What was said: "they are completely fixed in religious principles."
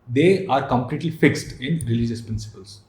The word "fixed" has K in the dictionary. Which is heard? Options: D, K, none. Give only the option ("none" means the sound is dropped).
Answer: K